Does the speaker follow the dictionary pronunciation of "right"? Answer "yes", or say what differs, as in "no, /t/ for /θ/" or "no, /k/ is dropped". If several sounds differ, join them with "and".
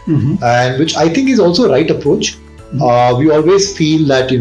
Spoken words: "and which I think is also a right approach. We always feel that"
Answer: yes